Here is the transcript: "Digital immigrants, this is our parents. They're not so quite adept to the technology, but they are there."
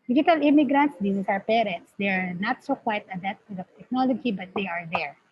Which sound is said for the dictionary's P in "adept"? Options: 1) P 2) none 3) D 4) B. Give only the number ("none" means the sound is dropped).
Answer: 2